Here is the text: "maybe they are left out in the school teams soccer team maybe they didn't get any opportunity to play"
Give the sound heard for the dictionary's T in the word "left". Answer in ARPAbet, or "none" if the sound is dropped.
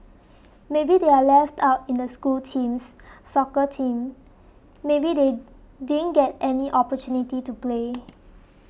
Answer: T